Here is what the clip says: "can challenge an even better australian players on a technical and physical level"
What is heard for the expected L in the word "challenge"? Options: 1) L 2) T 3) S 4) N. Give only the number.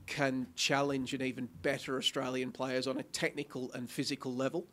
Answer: 1